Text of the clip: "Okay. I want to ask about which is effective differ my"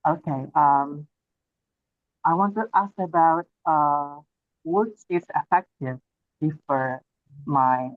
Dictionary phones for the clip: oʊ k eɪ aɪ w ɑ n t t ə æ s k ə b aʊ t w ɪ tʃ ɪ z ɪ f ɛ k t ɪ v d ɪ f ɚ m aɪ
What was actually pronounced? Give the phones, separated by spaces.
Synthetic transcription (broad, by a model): oʊ k eɪ aɪ w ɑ n t t æ s k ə b aʊ t w ɪ tʃ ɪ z ɪ f ɛ k t ɪ v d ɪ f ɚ m aɪ